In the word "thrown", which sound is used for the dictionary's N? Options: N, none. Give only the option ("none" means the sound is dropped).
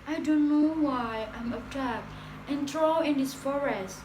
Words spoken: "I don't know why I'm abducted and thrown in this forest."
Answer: none